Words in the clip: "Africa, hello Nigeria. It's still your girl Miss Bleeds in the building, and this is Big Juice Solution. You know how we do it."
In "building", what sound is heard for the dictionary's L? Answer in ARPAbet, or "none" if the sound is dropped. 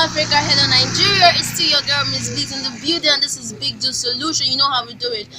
none